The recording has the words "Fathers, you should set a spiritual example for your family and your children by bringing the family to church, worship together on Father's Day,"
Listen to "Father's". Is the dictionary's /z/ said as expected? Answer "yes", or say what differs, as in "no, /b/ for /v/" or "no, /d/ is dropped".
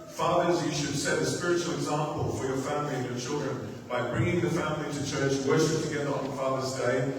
yes